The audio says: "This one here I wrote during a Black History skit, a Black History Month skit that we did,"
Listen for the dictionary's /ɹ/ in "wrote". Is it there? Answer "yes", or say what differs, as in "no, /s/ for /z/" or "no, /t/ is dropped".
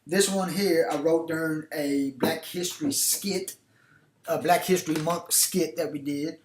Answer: yes